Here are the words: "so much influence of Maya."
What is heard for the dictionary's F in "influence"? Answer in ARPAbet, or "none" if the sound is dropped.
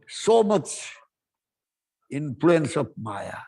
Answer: P